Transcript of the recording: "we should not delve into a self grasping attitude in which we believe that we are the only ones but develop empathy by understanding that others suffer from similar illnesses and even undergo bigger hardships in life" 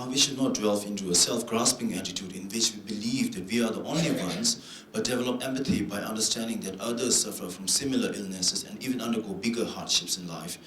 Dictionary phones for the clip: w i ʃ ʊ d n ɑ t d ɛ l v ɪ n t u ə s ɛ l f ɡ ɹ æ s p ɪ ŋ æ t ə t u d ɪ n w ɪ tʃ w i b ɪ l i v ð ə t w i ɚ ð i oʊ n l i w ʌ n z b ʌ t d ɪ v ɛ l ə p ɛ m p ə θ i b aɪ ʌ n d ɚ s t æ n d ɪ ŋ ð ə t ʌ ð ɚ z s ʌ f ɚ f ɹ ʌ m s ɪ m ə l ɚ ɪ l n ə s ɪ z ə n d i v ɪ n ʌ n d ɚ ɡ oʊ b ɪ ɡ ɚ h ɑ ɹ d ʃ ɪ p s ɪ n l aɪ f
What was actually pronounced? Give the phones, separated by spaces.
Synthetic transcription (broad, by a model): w i ʃ ʊ d n ɑ t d ɛ l f ɪ n t u ə s ɛ l f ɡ ɹ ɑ s p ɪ ŋ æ t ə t u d ɪ n w ɪ tʃ w i b ɪ l i v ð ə t w i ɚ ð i oʊ n l i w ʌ n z b ʌ t d ɪ v ɛ l ə p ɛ m p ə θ i b aɪ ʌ n d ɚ s t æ n d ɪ ŋ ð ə t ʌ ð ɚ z s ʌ f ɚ f ɹ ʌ m s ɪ m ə l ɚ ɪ l n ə s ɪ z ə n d i v ɪ n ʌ n d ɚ ɡ oʊ b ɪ ɡ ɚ h ɑ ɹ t ʃ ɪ p s ɪ n l aɪ f